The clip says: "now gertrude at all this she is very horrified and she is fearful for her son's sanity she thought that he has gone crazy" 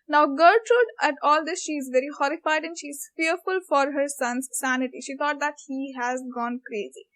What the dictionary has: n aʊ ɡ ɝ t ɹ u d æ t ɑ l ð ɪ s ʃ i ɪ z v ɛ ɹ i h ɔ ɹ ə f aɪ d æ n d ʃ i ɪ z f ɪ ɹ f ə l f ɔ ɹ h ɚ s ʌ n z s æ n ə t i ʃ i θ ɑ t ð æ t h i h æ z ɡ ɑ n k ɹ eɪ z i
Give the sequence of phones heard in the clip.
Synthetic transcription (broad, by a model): n aʊ ɡ ɝ t ɹ u d æ t ɑ l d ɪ s ʃ i ɪ z v ɛ ɹ i h ɔ ɹ ə f aɪ d æ n d ʃ i ɪ z f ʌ ɹ f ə l f ɔ ɹ h ɚ s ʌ n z s æ n ə t i ʃ i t ɑ t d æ t h i h æ z ɡ ɑ n k ɹ eɪ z i